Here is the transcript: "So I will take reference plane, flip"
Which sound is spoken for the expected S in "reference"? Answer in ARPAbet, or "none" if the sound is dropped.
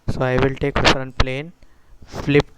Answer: none